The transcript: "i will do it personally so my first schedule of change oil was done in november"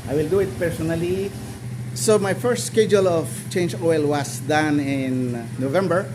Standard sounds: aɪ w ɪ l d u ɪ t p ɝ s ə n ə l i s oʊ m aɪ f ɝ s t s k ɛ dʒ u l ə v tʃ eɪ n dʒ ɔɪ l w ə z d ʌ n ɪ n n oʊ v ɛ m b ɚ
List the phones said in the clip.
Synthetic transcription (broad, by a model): aɪ w ɪ l d u ɪ t p ɝ s ə n ə l i s oʊ m aɪ f ɝ s t s k ɛ dʒ u l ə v tʃ eɪ n dʒ ɔɪ l w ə s d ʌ n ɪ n n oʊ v ɛ m b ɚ